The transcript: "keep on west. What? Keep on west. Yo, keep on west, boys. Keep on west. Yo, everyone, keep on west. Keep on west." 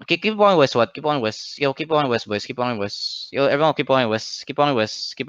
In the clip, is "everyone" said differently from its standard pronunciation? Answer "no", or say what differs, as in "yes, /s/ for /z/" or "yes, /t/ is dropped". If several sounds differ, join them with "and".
yes, /ɹ/ is dropped